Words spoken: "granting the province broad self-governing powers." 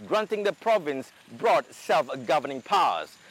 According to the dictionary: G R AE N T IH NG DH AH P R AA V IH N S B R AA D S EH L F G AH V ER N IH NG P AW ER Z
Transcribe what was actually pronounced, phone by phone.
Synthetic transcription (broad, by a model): G R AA N T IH NG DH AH P R AA V IH N S B R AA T S EH L F G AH V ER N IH NG P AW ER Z